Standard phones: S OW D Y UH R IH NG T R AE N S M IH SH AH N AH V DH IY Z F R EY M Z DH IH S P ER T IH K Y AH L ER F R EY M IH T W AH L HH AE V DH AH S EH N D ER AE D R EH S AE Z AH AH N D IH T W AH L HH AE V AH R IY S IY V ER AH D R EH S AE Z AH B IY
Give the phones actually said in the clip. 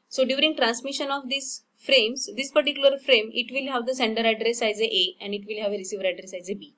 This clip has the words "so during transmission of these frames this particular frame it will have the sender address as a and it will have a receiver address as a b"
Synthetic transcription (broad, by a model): S OW D Y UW R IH NG T R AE N S M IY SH AH N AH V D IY S F R EY M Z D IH S P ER T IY K Y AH L ER F R EY M IH T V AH L HH AE V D AH S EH N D ER AE D R EH S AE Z AH AH N D IH T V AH L HH AE V AH R IY S IY V ER AH D R EH S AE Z AH B IY